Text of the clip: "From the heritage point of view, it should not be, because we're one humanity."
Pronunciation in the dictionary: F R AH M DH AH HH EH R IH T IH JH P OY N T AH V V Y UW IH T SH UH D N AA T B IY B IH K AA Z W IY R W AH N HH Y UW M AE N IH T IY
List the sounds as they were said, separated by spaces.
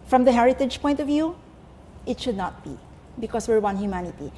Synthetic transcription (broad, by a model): F R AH M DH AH HH EH R IH T IH JH P OY N T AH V V Y UW IH T SH UH D N AA T B IY B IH K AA S W IY R W AH N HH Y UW M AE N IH T IY